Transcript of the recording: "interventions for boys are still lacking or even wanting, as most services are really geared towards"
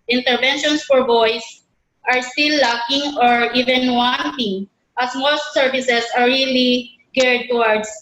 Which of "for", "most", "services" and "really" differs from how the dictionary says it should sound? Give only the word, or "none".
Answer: services